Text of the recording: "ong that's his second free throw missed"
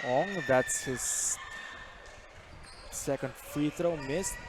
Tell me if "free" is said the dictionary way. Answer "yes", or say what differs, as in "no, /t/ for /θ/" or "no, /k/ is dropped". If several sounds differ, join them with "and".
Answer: no, /ɹ/ is dropped